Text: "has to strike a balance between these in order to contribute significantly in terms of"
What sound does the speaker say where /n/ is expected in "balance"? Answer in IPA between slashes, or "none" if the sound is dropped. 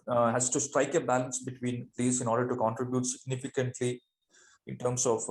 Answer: /n/